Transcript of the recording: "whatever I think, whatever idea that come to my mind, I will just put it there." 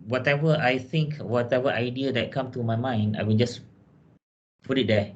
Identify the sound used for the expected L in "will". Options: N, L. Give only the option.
N